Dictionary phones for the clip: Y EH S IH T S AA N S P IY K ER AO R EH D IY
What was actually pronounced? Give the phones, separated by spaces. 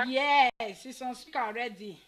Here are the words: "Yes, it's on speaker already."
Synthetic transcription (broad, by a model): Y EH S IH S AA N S IY K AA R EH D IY